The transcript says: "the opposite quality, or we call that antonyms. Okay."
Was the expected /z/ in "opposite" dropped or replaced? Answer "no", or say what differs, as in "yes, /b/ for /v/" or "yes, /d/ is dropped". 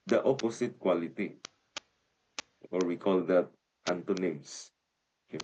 yes, /s/ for /z/